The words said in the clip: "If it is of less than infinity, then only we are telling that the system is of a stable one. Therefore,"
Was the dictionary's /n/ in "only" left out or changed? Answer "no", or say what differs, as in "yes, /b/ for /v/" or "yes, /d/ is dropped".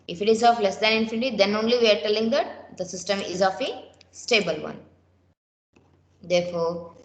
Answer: no